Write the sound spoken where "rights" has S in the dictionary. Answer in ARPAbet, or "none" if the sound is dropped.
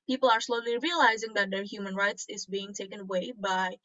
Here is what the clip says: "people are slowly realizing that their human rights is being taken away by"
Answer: S